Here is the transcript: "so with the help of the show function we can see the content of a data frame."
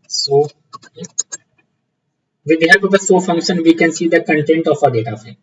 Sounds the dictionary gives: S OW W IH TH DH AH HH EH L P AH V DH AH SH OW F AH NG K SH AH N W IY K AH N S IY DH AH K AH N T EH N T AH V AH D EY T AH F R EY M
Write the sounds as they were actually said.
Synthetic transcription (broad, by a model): S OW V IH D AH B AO P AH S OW F AH NG K SH AH N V IY K AH N S IY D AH K AH N T EH N T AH F AH D EY T AH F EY